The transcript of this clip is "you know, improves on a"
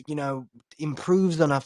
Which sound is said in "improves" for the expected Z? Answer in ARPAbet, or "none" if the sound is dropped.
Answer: Z